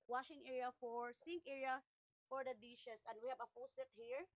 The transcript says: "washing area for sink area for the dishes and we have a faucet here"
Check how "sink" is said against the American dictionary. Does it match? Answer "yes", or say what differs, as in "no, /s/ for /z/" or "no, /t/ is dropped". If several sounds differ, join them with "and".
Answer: no, /k/ is dropped